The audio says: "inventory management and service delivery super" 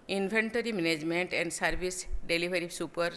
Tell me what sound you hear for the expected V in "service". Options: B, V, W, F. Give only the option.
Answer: B